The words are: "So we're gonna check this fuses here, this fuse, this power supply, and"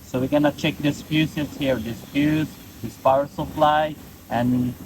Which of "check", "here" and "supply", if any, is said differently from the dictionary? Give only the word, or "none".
supply